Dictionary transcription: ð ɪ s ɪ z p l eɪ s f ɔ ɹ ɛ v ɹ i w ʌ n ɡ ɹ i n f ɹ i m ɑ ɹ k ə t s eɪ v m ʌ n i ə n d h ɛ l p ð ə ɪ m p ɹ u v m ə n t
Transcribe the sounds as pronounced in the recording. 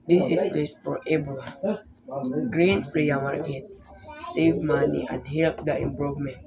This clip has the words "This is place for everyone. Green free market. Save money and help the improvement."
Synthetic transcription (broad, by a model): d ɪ s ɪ s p l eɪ s f ɔ ɹ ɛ b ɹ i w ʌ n ɡ ɹ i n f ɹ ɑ m ɑ ɹ k ə t s eɪ v m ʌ n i ə n d h ɛ l p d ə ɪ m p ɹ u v m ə n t